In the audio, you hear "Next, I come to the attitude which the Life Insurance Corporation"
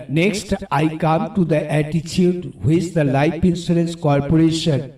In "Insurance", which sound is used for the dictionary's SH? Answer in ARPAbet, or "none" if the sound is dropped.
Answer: S